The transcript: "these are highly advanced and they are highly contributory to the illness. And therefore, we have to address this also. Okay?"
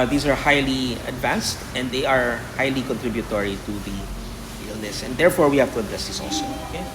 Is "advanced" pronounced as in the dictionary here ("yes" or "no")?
yes